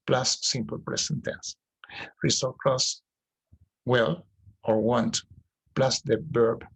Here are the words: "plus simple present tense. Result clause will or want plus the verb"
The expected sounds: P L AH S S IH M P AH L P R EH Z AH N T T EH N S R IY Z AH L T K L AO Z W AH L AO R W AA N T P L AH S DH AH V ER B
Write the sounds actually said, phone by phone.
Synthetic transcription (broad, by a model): P L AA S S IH M P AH L P R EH S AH N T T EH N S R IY S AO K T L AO S W AH L AO R W AA N T P L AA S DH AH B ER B